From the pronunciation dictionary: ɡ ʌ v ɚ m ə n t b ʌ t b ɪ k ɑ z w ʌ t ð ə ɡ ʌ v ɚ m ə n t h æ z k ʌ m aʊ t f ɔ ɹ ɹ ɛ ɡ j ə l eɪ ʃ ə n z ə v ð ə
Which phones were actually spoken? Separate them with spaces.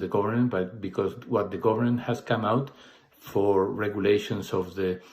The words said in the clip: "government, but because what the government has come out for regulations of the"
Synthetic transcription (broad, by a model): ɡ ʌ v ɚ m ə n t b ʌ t b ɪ k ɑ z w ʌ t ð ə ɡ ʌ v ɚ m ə n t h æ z k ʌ m aʊ t f ɔ ɹ ɹ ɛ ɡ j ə l eɪ ʃ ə n s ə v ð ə